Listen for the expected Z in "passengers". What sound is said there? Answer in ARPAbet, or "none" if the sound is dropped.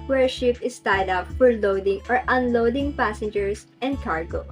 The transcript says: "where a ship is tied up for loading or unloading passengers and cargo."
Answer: S